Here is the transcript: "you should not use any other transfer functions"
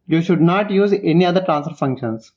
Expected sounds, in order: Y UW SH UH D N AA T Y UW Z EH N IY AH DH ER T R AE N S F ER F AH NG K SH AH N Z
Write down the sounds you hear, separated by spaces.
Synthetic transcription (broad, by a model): Y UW SH UH D N AA T Y UW Z EH N IY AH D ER T R AE N S F ER F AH NG K SH AH N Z